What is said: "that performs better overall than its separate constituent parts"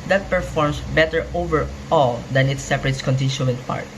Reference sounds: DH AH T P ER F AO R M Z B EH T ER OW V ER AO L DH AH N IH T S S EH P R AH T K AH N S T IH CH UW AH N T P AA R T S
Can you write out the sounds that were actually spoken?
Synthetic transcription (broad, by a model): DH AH T P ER F AO R M S B EH T ER OW V ER AO L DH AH N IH T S S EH P R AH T K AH N T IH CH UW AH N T P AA R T